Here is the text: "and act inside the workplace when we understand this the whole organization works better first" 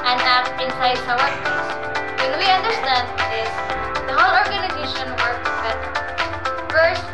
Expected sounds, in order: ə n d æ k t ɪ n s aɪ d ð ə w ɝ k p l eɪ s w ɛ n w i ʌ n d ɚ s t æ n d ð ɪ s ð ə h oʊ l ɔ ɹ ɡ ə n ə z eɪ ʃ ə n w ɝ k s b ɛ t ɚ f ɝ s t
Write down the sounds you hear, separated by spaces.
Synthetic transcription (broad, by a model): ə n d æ t ɪ n s aɪ d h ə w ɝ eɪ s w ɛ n w i ʌ n d ɚ s t æ n d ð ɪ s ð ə h oʊ l ɔ ɹ ɡ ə n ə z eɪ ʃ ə n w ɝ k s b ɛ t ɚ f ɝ s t